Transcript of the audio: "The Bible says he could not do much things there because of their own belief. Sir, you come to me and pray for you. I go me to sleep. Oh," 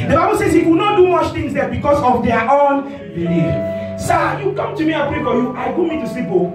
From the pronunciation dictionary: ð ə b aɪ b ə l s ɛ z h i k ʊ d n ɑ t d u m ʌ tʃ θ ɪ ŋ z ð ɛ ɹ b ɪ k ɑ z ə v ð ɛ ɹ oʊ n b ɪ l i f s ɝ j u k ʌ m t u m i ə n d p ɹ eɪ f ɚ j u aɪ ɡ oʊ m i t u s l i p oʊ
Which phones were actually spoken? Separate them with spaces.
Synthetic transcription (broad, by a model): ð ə b aɪ b ə l s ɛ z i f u n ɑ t d u m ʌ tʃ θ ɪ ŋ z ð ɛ b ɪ k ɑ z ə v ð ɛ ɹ oʊ n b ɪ l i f s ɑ j u k ʌ m t u m i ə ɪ p ɹ eɪ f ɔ j u aɪ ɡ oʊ m i t u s i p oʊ